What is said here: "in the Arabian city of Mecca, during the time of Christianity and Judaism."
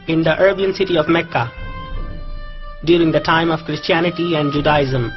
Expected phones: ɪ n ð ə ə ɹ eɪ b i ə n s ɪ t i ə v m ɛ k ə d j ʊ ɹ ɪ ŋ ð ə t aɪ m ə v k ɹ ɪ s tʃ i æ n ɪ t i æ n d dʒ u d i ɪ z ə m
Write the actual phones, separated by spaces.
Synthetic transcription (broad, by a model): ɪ n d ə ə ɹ b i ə n s ɪ t i ə v m ɛ k ə d j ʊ ɹ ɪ ŋ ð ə t aɪ m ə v k ɹ ɪ s tʃ i æ n ɪ t i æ n d dʒ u d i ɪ z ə m